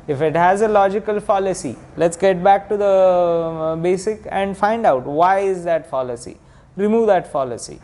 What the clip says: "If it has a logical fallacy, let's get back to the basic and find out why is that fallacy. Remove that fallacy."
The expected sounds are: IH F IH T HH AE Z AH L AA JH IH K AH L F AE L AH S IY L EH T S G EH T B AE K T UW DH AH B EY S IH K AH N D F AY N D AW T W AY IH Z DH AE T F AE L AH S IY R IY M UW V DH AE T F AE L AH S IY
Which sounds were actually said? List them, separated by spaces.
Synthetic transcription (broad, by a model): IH F IH T HH AE Z AH L AA JH IH K AH L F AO L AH S IY L EH T S G EH T B AE K T UW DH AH B EY S IH K AH N D F AY N D AW T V AY IH Z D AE T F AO L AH S IY R IY M UW V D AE T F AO L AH S IY